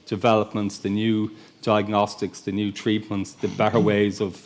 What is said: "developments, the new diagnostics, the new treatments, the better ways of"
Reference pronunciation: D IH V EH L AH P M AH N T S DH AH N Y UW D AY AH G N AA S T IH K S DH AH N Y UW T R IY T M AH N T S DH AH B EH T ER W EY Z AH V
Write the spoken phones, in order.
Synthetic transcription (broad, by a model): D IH V EH L AH P M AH N T S DH AH N Y UW D AY AH G N AA S T IH K S DH AH N Y UW T R IY T M AH N T S DH AH B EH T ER W EY Z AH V